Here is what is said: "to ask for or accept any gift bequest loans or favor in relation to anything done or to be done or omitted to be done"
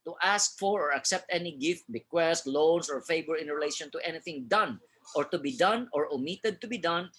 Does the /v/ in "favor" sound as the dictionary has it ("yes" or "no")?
no